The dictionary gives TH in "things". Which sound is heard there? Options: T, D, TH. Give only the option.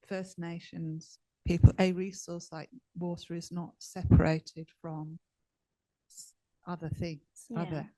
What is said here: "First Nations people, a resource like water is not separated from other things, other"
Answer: TH